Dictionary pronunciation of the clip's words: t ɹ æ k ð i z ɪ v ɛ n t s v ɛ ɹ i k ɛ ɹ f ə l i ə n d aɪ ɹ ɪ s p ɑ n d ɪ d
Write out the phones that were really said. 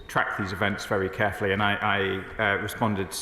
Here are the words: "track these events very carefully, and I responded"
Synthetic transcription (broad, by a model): t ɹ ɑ k ð i z ɪ v ɛ n t s v ɛ ɹ i k ɛ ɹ f ə l i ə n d aɪ ɹ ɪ s p ɑ n d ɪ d